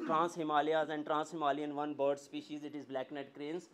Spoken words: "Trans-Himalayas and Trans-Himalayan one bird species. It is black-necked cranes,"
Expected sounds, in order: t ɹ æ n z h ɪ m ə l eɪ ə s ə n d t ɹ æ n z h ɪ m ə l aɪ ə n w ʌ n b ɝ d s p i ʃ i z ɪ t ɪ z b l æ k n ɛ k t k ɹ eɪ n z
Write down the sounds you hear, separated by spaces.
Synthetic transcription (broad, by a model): t ɹ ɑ n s h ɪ m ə l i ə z ə n d t ɹ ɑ n s h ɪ m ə l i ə n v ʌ n b ɝ d s p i ʃ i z ɪ t ɪ z b l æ k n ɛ t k ɹ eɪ n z